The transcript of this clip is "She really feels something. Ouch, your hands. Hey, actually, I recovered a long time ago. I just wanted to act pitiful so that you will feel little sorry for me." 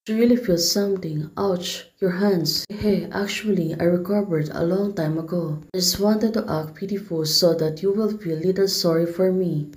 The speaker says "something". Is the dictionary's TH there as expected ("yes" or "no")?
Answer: no